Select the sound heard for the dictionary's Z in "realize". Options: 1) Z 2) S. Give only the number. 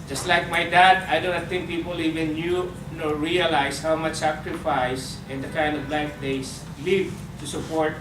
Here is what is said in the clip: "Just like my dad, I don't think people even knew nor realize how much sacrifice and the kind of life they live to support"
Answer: 2